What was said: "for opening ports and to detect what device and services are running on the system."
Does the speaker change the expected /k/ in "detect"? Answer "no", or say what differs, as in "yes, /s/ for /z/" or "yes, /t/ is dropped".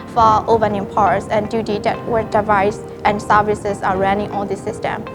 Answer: yes, /k/ is dropped